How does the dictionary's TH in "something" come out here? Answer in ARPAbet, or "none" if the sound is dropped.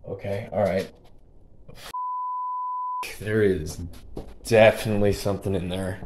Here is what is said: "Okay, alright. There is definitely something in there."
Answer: TH